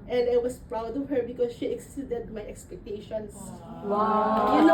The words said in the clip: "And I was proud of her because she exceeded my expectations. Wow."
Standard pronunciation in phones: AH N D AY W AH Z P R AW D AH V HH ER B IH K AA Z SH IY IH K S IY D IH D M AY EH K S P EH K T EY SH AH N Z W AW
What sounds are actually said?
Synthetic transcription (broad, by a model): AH N D AY W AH S P R AW D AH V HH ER B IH K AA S SH IY IH K S IY D IH D M AY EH K S P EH K T EY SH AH N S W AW